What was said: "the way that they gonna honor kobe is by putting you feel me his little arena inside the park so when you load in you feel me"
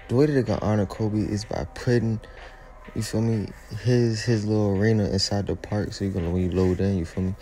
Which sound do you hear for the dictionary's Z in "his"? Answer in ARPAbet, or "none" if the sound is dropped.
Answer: Z